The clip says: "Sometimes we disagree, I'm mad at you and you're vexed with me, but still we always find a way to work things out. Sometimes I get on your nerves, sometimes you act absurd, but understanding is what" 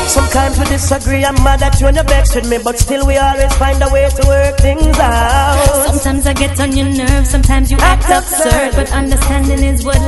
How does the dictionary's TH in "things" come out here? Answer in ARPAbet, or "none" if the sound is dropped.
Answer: TH